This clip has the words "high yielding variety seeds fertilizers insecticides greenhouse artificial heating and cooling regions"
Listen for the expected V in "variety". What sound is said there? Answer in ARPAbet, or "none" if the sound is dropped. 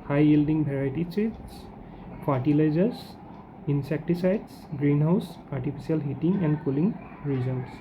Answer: B